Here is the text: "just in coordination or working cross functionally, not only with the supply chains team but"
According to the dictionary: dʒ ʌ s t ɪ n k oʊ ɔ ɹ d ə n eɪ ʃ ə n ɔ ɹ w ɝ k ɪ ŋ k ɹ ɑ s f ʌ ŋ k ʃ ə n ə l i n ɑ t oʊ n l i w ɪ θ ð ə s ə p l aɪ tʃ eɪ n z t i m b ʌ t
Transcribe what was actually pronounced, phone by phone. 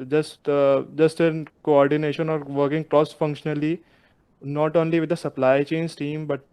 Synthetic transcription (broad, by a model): dʒ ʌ s t ɪ n k oʊ ɔ ɹ d ə n eɪ ʃ ə n ɔ ɹ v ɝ k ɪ ŋ k ɹ ɑ s f ʌ ŋ k ʃ ə n ə l i n ɑ t oʊ n l i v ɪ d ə s ə p l aɪ tʃ eɪ n s t i m b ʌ t